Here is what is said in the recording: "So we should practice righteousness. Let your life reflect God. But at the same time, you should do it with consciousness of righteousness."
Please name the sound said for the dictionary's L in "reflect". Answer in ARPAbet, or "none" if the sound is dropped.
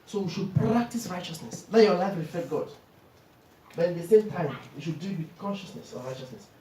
none